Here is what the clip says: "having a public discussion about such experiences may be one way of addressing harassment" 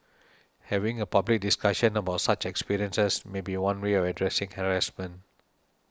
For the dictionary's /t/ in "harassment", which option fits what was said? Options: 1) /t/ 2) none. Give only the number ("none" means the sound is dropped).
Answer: 2